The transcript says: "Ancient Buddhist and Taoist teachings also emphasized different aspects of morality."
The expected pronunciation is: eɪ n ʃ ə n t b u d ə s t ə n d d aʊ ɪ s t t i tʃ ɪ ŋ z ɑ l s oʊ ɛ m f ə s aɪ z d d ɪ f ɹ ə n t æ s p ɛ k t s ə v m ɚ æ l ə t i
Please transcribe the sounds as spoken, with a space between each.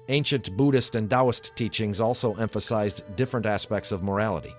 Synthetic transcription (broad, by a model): eɪ n ʃ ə n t b u d ə s t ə n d d aʊ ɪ s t t i tʃ ɪ ŋ z ɑ l s oʊ ɛ m f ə s aɪ z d d ɪ f ɹ ə n t æ s p ɛ k t s ə v m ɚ æ l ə t i